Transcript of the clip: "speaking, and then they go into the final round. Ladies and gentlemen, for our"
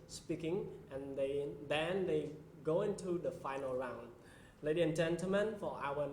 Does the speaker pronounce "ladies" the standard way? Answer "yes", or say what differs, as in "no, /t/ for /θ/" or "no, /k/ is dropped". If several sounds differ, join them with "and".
no, /z/ is dropped